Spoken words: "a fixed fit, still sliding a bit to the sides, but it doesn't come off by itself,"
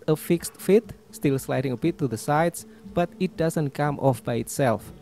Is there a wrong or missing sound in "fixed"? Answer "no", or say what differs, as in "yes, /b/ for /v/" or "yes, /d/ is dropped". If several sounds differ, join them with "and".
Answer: no